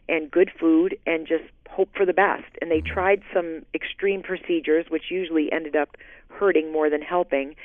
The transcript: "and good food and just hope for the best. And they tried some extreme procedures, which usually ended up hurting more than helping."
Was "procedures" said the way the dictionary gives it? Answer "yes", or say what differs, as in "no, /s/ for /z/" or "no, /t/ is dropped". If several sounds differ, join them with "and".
yes